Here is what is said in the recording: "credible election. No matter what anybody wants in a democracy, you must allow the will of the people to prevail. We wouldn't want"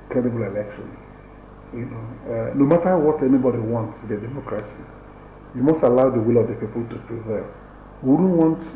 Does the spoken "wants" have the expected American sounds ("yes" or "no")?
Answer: yes